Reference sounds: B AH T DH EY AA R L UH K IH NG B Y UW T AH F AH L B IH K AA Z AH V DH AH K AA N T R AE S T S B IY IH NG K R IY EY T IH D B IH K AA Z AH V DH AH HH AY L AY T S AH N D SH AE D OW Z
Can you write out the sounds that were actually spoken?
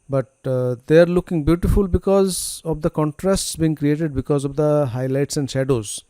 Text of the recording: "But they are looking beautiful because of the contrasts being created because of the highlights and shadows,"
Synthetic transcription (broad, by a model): B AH T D EY AA R L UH K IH NG B Y UW T AH F AH L B IH K AA Z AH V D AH K AA N T R AE S T S B IY IH NG K R IY EY T IH D B IH K AA Z AH V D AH HH AY L AY T S AH N D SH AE D OW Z